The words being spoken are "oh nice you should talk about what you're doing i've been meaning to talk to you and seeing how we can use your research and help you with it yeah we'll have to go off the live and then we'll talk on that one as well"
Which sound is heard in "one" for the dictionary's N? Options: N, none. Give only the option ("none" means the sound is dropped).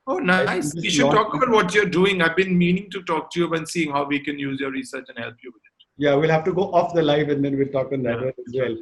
none